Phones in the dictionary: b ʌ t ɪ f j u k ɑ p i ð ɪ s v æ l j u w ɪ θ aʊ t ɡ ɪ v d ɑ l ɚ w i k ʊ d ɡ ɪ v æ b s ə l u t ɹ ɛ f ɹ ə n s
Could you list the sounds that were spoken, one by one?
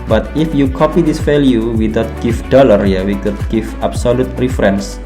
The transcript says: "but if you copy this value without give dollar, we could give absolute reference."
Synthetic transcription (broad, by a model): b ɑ t ɪ f j u k ɑ p i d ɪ s f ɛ l j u w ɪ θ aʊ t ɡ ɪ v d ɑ l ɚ w i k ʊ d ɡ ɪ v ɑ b s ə l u t ɹ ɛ f ɹ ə n s